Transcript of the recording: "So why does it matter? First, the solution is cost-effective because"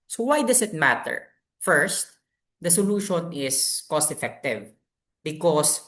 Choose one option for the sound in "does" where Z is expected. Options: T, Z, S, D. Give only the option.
S